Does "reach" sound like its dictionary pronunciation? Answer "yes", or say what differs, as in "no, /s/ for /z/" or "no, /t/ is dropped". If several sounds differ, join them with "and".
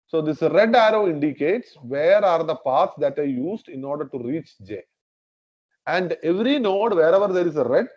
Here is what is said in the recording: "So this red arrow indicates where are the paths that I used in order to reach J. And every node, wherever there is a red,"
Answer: yes